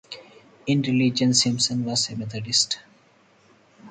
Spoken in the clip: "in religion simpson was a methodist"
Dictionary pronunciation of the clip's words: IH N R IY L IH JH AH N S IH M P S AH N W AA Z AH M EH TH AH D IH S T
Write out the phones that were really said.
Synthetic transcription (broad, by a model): IH N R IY L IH JH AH N S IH M S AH N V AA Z AH M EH T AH D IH S T